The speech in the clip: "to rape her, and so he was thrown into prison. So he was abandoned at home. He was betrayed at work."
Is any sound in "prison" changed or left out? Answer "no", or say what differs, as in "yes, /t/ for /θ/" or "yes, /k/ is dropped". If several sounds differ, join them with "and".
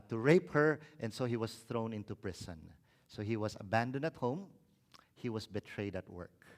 yes, /s/ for /z/